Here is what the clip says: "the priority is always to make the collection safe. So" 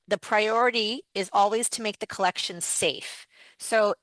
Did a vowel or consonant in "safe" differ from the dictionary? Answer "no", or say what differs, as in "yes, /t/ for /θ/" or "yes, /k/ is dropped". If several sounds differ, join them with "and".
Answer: no